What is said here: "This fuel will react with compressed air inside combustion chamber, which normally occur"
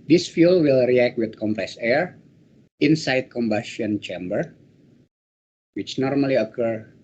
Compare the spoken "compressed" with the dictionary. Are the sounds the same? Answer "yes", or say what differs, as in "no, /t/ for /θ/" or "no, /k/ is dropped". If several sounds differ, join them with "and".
no, /t/ is dropped